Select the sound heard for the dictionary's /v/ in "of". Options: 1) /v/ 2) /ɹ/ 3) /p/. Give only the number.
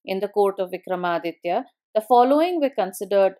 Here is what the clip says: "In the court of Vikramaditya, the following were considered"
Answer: 1